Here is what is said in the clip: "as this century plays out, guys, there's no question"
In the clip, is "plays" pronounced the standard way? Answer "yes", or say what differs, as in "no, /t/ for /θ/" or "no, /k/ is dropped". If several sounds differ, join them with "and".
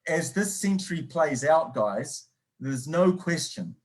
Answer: yes